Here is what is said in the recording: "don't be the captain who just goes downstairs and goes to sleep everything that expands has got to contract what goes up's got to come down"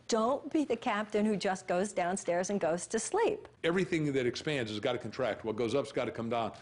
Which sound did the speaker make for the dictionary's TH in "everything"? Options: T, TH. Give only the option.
TH